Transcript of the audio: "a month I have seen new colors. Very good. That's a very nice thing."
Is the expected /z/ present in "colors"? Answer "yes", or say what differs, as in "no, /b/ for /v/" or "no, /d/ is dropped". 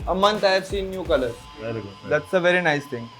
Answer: no, /z/ is dropped